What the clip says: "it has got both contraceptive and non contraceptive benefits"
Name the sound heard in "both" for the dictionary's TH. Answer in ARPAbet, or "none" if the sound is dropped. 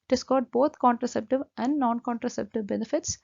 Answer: T